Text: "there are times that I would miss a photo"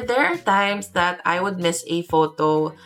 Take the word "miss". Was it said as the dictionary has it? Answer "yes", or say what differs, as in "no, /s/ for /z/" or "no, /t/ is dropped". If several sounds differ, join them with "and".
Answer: yes